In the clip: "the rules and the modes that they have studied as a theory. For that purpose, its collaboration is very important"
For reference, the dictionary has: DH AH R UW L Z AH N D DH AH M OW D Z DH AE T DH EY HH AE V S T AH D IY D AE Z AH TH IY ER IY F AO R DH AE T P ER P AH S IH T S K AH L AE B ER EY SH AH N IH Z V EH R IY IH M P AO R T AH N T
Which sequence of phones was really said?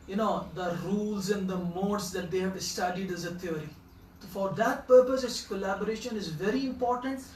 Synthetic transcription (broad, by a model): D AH R UW L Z AH N D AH M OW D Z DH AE T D EY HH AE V S T AH D IY D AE Z AH T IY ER IY F AO R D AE T P ER P AH S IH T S K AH L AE B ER EY SH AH N IH Z V EH R IY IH M P AO R T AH N T